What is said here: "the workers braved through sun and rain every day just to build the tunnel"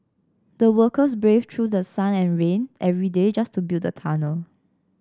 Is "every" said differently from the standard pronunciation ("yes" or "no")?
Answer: no